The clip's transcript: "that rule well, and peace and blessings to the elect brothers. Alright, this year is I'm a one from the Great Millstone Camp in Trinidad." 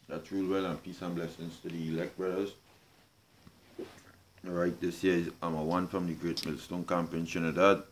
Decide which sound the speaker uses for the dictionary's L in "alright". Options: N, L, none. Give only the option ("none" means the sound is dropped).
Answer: none